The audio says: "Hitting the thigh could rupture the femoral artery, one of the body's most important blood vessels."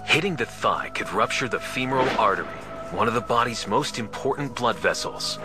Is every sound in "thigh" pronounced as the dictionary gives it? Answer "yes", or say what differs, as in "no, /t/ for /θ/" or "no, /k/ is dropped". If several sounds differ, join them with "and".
yes